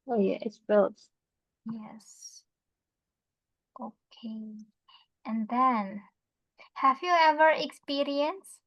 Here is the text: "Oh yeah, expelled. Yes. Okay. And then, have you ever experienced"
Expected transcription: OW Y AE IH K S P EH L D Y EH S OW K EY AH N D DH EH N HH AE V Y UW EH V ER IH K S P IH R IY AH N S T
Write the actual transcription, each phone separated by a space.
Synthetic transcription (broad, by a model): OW Y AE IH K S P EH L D Y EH S OW K EY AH N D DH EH N HH AE V Y UW EH V ER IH K S P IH R IY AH N S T